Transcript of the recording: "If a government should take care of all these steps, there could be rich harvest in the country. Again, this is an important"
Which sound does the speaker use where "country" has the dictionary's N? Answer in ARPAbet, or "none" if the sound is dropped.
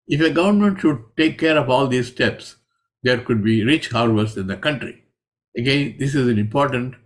N